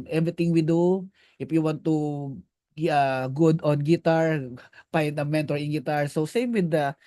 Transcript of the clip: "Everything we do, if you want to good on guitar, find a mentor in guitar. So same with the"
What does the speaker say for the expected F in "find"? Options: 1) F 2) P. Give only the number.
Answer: 2